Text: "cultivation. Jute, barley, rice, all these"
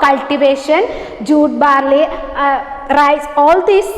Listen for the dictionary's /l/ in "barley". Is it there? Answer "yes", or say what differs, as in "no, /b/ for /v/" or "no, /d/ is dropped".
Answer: yes